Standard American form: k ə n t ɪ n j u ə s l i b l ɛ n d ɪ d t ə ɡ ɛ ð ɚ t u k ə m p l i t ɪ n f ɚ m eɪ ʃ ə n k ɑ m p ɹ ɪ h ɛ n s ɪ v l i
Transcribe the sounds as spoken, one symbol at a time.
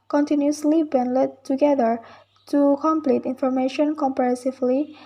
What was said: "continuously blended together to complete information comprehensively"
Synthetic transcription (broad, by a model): k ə n t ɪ n j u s l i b ɛ n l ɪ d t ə ɡ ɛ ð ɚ t u k ə m p l i t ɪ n f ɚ m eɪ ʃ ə n k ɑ m p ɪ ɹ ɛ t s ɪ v l i